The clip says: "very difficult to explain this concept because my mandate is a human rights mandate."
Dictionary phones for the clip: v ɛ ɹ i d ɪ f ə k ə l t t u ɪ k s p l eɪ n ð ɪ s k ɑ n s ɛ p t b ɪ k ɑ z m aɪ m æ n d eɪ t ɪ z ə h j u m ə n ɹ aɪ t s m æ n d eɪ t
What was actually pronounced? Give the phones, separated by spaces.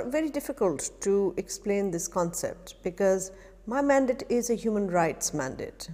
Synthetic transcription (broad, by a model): v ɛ ɹ i d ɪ f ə k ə l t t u ɪ k s p l eɪ n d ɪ s k ɑ n s ɛ p t b ɪ k ɑ z m aɪ m æ n d eɪ t ɪ z ə h j u m ə n ɹ aɪ t s m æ n d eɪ t